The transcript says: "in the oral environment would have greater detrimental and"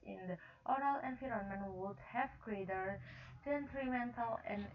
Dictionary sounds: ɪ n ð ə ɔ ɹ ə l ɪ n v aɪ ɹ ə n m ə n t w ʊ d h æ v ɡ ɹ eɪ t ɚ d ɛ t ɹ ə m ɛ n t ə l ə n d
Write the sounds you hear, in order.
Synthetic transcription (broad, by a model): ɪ n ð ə ɔ ɹ ə l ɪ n f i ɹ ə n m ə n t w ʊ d h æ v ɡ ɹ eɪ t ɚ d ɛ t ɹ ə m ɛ n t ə l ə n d